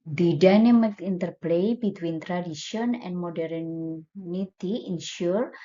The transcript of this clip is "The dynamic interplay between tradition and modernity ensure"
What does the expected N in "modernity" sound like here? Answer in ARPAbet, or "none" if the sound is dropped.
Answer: N